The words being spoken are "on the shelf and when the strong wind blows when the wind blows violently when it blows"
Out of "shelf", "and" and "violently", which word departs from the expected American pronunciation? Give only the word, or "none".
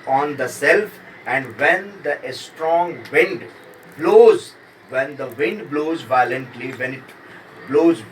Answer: shelf